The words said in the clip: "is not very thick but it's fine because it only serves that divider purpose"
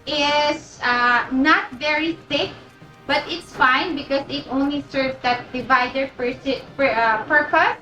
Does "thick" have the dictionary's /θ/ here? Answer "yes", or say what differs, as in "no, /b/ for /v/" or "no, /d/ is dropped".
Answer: no, /s/ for /θ/